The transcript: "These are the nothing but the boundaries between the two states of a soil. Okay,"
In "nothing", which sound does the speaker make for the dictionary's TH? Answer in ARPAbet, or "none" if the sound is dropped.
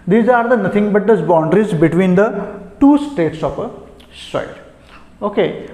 T